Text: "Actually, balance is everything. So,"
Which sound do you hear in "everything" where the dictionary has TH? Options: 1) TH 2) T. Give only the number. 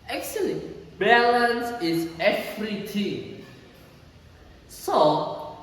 2